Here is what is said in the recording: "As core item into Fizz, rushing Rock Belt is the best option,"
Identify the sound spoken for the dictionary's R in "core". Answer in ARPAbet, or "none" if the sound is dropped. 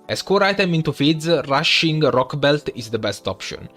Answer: R